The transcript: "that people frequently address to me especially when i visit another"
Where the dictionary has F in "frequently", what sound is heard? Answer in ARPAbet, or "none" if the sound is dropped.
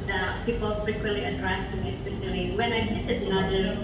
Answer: P